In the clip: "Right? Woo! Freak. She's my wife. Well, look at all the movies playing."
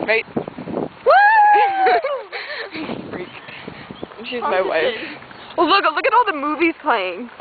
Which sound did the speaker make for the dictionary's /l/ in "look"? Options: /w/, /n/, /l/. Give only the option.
/l/